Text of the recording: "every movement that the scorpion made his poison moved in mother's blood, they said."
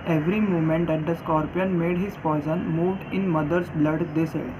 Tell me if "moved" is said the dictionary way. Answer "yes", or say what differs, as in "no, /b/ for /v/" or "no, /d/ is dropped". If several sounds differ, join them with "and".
yes